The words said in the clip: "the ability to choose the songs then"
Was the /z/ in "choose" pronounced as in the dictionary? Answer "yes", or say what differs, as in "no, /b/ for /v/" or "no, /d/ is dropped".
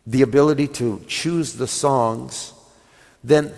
yes